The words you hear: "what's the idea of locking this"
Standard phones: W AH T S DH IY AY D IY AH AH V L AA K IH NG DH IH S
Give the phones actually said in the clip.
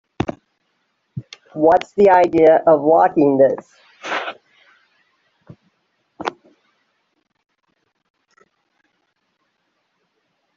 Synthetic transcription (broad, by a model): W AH T S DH IY AY D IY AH AH V W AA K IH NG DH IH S